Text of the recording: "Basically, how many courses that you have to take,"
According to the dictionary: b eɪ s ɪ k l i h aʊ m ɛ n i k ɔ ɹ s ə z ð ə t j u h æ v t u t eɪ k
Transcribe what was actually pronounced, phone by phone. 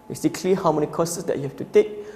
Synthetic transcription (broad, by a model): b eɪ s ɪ k l i h aʊ m ɛ n i k ɔ s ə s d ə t j u h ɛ f t u t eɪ k